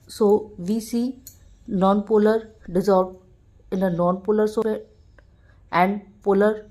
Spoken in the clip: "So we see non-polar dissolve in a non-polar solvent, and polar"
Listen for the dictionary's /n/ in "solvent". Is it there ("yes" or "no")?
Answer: no